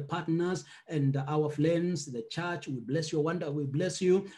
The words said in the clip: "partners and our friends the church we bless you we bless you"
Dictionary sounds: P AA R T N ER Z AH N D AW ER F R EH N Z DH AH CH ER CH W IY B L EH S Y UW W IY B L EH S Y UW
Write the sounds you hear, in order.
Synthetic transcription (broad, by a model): P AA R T N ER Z AH N D AW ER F L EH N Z DH AH CH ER CH W IY B L EH S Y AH W IY B L EH S Y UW